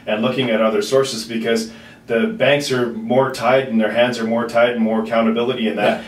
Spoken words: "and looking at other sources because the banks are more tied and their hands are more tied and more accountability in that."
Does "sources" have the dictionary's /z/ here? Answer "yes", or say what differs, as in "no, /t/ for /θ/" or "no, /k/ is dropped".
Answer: yes